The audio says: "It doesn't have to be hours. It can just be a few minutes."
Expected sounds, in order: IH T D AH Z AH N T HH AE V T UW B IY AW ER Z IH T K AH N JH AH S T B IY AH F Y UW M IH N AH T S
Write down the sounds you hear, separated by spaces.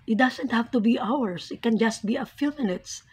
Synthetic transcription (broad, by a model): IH T D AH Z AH N T HH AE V T UW B IY AW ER S IH T K AH N JH AH S T B IY AH F Y UW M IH N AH T S